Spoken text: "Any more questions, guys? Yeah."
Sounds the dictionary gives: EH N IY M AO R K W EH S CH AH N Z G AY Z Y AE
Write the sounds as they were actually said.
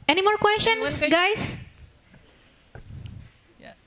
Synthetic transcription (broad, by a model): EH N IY M AO R K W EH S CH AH N G AY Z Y